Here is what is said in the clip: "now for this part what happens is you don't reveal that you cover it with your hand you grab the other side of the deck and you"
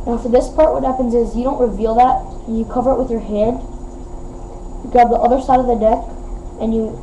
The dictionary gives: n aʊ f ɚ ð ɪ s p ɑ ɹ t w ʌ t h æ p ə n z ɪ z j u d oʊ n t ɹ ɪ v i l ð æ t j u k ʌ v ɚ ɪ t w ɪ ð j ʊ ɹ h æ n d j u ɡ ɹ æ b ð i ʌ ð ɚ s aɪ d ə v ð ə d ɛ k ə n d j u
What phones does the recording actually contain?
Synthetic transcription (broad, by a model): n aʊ f ɚ ð ɪ s p ɑ ɹ t w ʌ t h æ p ə n z ɪ z j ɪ d oʊ n t ɹ ɪ v i l ð æ t j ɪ k ʌ v ɚ ɪ t w ɪ ð j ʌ ɹ h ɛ d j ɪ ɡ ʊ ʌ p ð i ʌ ð ɚ s aɪ d ə v ð ə d ɛ k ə n j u